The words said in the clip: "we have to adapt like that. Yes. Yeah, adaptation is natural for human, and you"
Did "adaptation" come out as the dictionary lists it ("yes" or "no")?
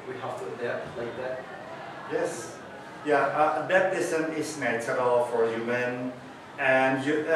no